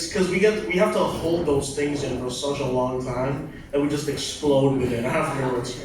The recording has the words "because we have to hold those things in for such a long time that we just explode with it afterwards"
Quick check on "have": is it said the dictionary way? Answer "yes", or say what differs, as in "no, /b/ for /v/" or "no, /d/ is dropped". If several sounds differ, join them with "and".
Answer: no, /f/ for /v/